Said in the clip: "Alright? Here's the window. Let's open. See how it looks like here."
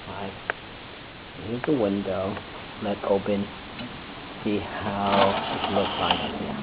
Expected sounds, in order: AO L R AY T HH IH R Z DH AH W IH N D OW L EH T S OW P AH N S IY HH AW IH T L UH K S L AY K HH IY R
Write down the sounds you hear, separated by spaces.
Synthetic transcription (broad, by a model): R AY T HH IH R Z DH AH W IH N D OW L EH T S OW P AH N S IY HH AW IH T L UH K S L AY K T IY